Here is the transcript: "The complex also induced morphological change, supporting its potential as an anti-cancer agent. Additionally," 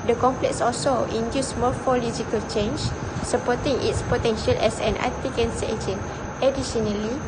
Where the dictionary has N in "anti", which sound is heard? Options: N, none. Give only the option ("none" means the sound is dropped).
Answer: none